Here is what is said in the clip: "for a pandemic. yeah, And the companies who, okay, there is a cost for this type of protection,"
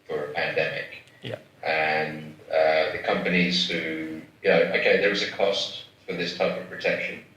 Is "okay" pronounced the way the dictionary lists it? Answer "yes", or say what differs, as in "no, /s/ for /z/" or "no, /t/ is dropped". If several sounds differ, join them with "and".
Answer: yes